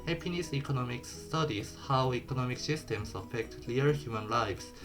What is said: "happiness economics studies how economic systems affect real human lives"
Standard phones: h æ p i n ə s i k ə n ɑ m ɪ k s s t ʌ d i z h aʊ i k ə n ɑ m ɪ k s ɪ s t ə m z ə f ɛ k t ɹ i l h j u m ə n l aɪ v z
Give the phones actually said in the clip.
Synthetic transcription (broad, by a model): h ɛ p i n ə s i k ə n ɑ m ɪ k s s t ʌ d i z h aʊ i k ə n ɑ m ɪ k s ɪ s t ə m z ə f ɛ k t l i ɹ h j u m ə n l aɪ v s